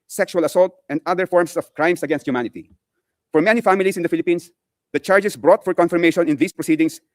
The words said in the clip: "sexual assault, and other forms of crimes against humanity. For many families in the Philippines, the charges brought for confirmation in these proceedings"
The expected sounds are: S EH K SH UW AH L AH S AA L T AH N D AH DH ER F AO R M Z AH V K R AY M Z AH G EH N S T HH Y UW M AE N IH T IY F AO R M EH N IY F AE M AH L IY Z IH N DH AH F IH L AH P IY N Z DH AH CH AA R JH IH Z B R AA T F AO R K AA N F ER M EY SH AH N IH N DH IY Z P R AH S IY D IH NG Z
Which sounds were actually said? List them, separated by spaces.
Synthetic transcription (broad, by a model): S EH K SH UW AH L AH S AA L T AH N D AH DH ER F AO R M S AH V K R AY M S AH G EH N S T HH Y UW M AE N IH T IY F AO R M EH N IY F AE M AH L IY S IH N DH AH F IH L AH P IY N S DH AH CH AA R JH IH S B R AA T F AO R K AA N F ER M EY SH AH N IH N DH IY S P R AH S IY D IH NG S